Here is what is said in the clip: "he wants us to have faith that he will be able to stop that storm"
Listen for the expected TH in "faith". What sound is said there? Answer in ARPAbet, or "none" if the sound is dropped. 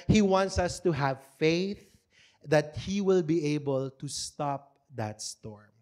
TH